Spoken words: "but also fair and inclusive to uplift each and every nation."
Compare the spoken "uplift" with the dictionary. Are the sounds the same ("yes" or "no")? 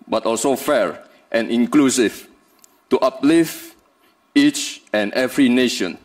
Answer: no